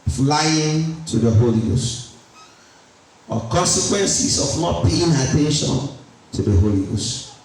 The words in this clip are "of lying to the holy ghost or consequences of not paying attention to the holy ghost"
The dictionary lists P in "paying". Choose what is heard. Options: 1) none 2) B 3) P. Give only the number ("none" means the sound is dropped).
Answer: 2